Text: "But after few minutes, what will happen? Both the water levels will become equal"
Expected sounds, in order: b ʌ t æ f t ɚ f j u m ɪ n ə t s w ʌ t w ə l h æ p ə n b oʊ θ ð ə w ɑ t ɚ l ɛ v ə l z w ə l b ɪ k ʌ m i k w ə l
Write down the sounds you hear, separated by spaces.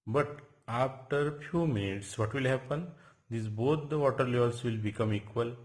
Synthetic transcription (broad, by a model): b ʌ t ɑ f t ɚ f j u m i n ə t s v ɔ t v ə l h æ p ə n b oʊ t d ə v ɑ t ɚ l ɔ ə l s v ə l b ɪ k ʌ m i k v ə l